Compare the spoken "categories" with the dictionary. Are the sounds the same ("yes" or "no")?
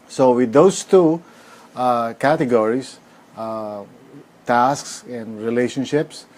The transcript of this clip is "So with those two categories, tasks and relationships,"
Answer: no